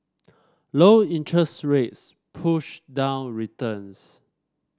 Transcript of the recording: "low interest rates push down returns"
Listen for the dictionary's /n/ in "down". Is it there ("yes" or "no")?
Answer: yes